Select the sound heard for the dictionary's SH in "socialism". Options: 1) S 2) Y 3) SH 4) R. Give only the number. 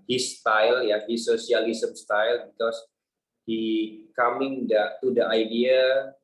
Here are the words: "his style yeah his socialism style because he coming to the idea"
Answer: 1